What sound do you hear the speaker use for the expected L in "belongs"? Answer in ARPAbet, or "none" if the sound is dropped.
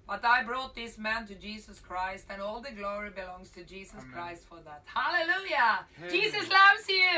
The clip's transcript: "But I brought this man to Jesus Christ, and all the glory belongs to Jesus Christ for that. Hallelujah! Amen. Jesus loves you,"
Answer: L